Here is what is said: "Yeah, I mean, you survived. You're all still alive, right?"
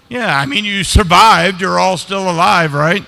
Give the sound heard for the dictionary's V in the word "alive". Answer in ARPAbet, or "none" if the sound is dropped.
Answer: V